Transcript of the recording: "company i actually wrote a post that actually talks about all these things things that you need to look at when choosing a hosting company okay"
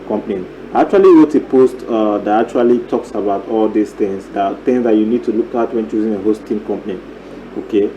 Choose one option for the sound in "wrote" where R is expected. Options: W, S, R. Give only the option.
W